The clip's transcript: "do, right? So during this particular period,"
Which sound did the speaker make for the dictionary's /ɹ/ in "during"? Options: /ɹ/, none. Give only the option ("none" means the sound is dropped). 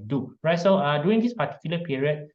none